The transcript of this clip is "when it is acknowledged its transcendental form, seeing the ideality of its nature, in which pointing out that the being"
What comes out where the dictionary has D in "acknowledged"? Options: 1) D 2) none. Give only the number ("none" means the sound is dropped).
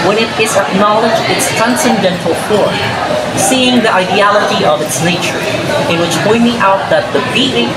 2